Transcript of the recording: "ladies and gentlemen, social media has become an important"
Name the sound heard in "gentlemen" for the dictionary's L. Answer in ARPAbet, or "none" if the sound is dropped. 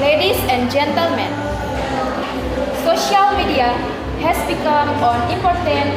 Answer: L